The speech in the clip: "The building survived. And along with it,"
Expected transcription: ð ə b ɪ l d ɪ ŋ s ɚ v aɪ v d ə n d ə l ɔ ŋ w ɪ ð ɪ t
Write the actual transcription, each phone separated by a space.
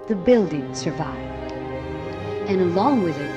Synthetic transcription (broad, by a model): ð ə b ɪ l d ɪ ŋ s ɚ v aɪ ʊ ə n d ə l ɔ ŋ w ɪ ð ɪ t